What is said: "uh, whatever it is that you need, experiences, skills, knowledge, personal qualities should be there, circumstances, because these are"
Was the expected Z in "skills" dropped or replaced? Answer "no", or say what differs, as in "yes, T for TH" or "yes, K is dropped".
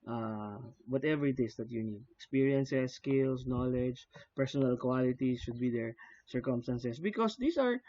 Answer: yes, S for Z